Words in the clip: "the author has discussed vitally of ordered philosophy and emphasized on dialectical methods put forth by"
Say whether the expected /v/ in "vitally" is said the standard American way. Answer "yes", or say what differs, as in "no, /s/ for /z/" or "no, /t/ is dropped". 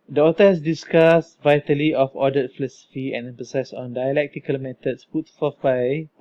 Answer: yes